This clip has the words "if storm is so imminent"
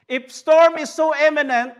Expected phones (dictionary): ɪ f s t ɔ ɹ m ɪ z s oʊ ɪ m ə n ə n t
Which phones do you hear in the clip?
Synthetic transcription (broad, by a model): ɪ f s t ɔ ɹ m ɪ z s oʊ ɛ m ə n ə n t